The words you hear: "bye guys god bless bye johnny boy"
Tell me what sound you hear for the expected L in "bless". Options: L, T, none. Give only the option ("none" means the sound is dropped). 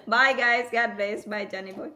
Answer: none